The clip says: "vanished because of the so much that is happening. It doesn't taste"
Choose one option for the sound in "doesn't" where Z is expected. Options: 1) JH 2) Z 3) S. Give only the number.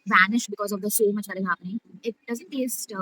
2